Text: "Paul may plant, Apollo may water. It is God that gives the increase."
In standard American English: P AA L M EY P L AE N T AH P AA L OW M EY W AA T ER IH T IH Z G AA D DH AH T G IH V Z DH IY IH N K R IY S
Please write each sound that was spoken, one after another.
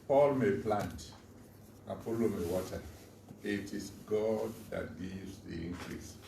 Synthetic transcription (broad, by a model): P AA L M EY P L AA N T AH F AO L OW M EY W AA T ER IH T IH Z G AA D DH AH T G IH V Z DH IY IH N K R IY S